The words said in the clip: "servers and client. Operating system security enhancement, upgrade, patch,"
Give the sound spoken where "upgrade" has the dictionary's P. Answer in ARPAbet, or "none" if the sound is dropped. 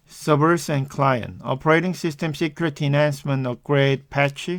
none